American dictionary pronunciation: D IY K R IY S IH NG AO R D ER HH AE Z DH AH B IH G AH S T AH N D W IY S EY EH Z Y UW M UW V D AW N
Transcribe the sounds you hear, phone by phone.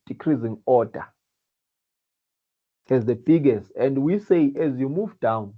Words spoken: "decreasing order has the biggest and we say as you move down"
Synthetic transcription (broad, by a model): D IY K R IY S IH NG AO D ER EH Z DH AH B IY G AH S T AH N D W IY S EY EH Z Y UW M UW V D AW N